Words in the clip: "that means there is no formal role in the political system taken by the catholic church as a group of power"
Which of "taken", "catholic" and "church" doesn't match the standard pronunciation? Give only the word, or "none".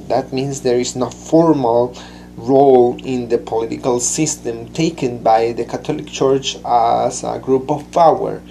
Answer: catholic